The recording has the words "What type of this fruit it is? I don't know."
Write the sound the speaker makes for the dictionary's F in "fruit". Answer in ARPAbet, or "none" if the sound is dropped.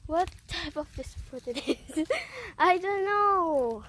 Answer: P